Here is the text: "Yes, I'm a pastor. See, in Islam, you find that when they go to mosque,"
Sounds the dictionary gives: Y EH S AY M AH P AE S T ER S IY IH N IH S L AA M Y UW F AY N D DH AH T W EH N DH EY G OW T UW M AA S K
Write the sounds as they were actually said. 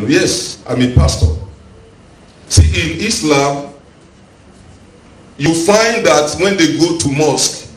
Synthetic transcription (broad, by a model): Y EH S AY M AH P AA S T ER S IY IH N IH S L AA M Y UW F AY N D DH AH T W EH N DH EY G OW T UW M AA S K